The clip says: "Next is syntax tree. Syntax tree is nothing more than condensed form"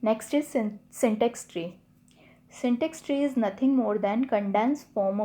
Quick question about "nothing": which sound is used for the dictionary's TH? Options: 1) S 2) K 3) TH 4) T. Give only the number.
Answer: 4